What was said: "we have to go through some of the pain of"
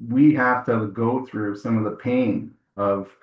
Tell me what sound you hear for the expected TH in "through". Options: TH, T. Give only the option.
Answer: TH